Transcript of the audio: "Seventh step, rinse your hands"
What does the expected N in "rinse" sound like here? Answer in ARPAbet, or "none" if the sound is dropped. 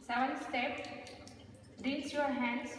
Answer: none